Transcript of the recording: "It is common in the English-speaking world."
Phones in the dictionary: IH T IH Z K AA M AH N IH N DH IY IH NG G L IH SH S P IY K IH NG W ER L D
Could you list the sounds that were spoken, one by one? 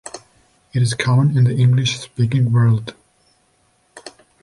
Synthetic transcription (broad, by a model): IH T IH Z K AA AH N IH N DH IY IH NG G L IH SH S P IY K IH NG W ER L D